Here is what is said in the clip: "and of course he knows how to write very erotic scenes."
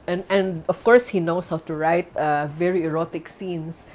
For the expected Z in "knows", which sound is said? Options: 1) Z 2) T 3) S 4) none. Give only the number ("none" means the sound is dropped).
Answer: 3